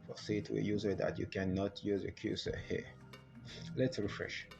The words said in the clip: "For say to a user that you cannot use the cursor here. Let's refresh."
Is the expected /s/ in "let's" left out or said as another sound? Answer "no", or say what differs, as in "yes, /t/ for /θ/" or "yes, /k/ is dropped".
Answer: no